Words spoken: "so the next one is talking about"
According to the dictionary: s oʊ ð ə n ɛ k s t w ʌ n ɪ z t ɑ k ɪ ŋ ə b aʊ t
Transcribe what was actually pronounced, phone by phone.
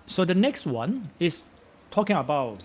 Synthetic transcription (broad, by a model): s oʊ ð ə n ɛ k s t w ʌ n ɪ s t ɑ k ɪ ŋ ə b aʊ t